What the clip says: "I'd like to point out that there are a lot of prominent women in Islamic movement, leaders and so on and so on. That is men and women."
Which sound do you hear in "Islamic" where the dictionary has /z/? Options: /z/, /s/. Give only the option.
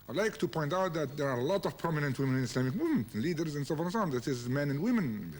/s/